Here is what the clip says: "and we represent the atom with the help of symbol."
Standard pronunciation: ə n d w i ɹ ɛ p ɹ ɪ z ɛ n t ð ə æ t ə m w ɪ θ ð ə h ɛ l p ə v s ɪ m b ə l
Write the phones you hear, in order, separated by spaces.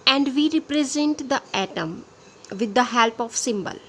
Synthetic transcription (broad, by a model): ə n d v i ɹ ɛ p ɹ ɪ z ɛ n t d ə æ t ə m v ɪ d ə h ɛ l p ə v s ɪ m b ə l